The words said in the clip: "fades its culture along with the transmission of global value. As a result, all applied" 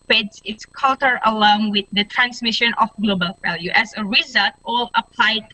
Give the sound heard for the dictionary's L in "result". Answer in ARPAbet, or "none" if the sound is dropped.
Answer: L